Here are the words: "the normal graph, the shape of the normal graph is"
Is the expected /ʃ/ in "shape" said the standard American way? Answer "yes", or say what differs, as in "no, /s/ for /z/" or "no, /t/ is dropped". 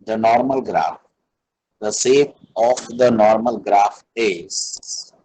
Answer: no, /s/ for /ʃ/